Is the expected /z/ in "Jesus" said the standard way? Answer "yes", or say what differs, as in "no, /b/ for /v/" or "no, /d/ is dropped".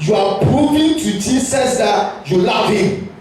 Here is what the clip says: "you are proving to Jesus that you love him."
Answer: no, /s/ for /z/